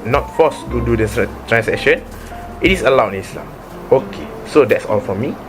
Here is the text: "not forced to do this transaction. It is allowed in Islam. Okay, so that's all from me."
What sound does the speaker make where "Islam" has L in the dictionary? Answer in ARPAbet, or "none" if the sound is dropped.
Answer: L